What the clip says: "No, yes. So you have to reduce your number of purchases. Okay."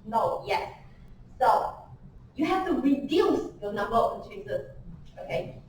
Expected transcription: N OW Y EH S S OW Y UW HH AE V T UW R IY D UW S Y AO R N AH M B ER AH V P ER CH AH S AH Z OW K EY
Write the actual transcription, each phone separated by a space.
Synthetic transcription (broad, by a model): N OW Y EH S S OW Y UW HH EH F T UW R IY D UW S Y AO N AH M B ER AH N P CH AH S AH S OW K EY